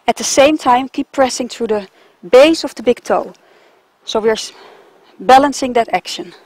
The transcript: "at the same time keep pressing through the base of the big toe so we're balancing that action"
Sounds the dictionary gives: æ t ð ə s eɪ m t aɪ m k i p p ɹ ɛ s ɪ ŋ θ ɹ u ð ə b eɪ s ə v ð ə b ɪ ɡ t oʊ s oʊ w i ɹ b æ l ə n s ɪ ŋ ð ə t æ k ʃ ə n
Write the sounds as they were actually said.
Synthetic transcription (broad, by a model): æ t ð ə s eɪ m t aɪ m k i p p ɹ ɛ s ɪ ŋ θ ɹ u ð ə b eɪ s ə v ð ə b ɪ ɡ t oʊ s oʊ w i ɹ b æ l ə n s ɪ ŋ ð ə t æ k ʃ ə n